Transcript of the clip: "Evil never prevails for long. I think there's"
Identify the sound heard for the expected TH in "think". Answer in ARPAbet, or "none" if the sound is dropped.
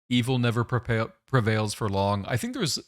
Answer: TH